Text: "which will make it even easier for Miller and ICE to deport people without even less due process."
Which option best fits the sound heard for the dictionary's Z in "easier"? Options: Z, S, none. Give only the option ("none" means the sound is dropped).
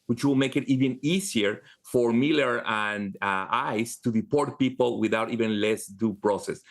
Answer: S